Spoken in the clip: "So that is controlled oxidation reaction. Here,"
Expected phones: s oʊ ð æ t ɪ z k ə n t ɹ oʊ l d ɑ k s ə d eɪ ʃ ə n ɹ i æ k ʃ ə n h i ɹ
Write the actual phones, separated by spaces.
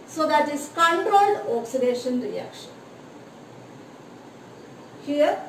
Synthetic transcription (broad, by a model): s oʊ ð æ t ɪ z k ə n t ɹ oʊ l ɑ k s ə d eɪ ʃ ə n ɹ i æ k ʃ ə n h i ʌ